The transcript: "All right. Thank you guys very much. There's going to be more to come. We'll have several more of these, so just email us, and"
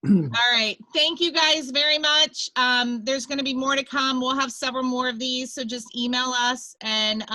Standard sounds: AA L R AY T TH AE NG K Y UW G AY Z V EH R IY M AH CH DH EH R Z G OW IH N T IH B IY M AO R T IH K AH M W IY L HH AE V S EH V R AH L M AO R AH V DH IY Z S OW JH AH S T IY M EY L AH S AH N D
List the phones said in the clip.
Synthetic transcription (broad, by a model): AA L R AY T TH AE NG K Y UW G AY Z V EH R IY M AH CH DH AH R Z G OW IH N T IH B IY M AO R T IH K AH M W IY L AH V S EH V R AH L M AO R AH V DH IY Z S OW JH AH S T IY M EY L AH S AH N